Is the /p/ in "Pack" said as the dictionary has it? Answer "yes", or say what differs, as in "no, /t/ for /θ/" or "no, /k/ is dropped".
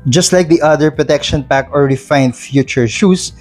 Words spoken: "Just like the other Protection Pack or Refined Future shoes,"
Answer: yes